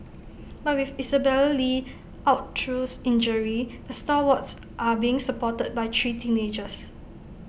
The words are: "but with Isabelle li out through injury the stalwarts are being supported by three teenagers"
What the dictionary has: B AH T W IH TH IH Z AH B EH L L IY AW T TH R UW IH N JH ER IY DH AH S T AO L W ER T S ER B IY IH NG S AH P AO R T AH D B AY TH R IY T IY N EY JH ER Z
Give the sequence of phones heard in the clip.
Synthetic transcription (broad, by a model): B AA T W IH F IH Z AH B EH L L IY AW T T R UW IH N JH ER IY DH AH S T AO W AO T S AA B IY IH NG S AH P AO T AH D B AY T R IY T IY N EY JH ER S